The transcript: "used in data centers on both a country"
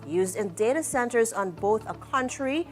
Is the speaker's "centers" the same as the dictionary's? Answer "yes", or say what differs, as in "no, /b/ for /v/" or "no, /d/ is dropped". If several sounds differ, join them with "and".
yes